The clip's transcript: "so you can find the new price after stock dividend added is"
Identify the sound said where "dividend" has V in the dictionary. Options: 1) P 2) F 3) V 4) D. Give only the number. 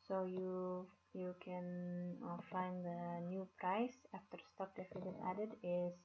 2